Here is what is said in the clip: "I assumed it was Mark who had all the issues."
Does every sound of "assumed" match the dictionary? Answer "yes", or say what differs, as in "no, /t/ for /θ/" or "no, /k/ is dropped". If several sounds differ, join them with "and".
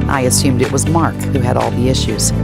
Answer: yes